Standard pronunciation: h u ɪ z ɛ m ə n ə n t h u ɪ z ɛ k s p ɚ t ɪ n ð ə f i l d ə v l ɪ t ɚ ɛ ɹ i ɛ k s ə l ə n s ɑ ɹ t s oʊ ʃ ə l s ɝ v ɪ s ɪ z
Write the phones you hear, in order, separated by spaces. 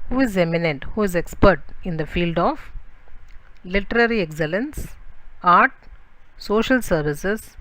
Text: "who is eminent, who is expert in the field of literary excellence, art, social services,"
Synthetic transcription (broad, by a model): h u ɪ z ɛ m ə n ə n t h u ɪ z ɛ k s p ɚ t ɪ n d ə f i l d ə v l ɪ t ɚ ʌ ɹ i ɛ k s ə l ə n s ɑ ɹ t s oʊ ʃ ə l s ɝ v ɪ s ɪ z